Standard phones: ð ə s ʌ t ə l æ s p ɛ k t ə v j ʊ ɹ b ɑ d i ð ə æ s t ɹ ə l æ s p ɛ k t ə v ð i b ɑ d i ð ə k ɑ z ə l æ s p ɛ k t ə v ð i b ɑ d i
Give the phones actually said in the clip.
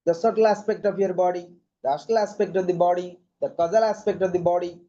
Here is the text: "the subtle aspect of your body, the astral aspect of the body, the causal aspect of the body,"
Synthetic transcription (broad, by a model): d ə s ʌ t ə l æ s p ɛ k t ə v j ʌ ɹ b ɑ d i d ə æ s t ə l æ s p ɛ k t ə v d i b ɑ d i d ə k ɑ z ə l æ s p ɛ k t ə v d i b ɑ d i